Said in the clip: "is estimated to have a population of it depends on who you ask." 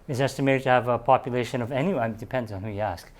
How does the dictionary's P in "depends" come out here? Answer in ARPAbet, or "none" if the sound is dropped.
P